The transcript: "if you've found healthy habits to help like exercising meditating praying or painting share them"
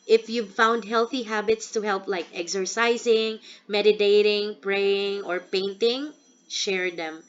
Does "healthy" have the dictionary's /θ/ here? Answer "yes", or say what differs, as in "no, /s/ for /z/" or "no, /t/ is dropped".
yes